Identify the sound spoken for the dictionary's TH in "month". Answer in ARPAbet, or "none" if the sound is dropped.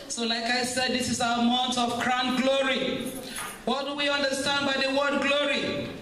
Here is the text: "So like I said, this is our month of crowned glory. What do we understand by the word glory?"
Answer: T